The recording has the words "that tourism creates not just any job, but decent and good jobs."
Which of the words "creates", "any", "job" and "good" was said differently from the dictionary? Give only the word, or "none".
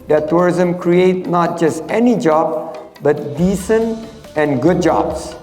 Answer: creates